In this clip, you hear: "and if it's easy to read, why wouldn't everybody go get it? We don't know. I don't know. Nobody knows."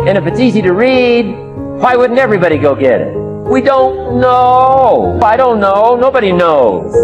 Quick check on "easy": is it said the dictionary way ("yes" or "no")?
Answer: yes